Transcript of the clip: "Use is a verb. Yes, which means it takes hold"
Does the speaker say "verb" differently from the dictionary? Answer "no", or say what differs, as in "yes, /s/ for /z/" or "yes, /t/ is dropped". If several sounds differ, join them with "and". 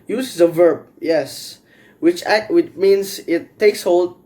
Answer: no